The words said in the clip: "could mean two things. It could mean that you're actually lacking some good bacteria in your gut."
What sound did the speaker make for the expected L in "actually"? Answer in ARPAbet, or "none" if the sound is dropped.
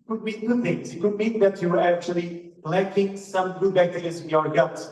L